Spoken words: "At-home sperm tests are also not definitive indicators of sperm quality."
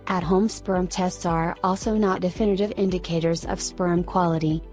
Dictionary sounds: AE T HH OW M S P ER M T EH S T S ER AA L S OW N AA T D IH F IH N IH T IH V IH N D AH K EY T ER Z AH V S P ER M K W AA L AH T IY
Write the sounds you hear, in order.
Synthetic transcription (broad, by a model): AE T HH OW M S P ER M T EH S T S ER AA L S OW N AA T D IH F IH N IH T IH V IH N D AH K EY T ER Z AH V S P ER M K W AA L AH T IY